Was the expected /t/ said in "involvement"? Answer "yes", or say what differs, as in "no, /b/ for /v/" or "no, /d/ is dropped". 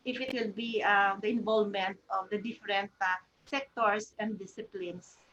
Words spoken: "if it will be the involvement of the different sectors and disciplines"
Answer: yes